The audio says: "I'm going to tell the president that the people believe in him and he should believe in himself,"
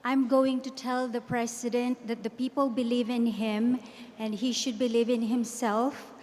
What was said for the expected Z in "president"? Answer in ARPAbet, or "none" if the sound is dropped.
S